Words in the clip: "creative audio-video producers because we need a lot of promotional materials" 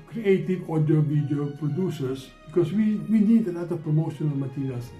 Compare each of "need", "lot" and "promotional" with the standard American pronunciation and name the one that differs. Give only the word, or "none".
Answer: lot